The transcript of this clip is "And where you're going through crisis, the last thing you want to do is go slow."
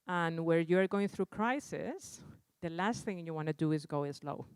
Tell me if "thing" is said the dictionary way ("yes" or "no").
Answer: yes